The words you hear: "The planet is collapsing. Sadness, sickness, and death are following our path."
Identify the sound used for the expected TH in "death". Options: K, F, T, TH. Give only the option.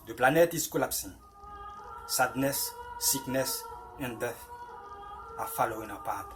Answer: F